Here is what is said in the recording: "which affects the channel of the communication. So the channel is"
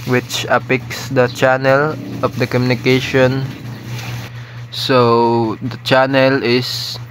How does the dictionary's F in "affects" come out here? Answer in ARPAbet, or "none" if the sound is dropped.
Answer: P